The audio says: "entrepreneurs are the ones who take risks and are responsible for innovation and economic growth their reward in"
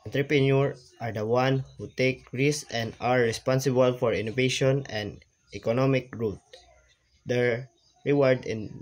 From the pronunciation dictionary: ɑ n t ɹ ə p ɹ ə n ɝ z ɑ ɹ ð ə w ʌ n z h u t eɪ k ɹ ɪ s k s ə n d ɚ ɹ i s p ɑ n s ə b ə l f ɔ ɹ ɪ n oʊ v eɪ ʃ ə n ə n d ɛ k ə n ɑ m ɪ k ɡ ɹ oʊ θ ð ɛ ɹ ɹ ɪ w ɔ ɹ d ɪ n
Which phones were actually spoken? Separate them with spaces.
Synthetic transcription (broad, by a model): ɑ n t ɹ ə p ɹ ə n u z ɑ ɹ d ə w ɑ n h u t eɪ k ɹ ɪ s s ə n d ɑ ɹ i s p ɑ n s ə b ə l f ɔ ɹ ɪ n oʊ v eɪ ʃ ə n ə n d ɛ k ə n ɑ m ɪ k ɹ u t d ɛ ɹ ɹ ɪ w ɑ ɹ d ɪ n